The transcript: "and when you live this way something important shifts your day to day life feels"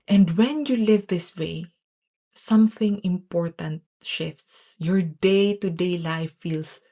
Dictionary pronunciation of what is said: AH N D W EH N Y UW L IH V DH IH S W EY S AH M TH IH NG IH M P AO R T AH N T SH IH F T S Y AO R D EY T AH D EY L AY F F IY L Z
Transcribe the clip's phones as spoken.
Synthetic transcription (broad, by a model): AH N D W EH N Y UW L IH V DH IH S W EY S AH M TH IH NG IH M P AO R T AH N T SH IH F T S Y AO R D EY T AH D EY L AY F F IY L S